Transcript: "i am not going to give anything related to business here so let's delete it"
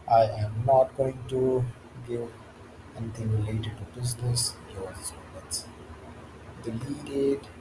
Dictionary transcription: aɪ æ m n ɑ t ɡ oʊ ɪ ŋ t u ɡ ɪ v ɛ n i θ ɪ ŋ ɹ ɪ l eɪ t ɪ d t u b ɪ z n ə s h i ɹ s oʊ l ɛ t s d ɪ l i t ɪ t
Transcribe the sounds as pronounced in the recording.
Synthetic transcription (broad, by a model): aɪ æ m n ɑ t ɡ oʊ ɪ ŋ t u ɡ ɪ v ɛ n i t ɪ ŋ ɹ ɪ l eɪ t ɪ d t u b ɪ z n ə s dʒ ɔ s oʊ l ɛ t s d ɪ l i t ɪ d